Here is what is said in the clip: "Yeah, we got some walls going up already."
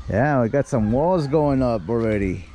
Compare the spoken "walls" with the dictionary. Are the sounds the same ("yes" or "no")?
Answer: yes